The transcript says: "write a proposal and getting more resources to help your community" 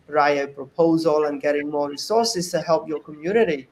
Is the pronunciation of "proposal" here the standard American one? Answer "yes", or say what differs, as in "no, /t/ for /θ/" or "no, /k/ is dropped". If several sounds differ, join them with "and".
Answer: yes